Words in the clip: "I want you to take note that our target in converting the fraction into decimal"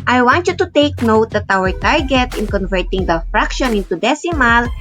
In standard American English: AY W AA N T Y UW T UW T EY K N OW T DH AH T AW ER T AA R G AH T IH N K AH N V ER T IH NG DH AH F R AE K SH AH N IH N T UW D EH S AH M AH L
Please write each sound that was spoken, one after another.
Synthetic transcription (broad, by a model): AY W AA N T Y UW T UW T EY K N OW T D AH T AW ER T AA R G AH T IH N K AH N V ER T IH NG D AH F R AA K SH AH N IH N T UW D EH S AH M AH L